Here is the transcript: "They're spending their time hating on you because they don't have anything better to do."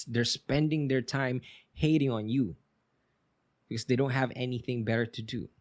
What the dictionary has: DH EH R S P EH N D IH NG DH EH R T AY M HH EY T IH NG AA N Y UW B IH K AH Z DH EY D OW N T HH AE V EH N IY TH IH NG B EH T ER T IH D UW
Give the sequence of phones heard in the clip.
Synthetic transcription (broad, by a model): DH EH R S P EH N D IH NG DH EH R T AY M HH EY T IH NG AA N Y UW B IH K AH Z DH EY D OW N T HH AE V EH N IY TH IH NG B EH T ER T IH D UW